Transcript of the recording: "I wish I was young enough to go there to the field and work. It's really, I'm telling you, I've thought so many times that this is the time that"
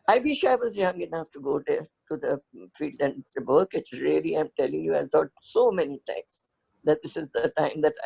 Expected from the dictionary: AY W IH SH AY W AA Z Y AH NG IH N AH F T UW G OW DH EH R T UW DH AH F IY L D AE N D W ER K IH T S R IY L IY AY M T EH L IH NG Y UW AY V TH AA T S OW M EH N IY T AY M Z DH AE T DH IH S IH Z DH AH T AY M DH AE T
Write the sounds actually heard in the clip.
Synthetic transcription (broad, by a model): AY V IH SH AY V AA Z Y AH NG IH N AH F T UW G OW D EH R T UW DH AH F IY L D AE N D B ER K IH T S R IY L IY AY M T EH L IH NG Y UW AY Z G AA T S OW M EH N IY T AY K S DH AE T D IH S IH Z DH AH T AY M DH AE T